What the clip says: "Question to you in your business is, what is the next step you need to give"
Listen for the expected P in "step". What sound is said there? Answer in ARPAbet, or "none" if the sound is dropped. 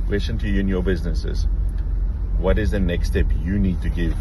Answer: P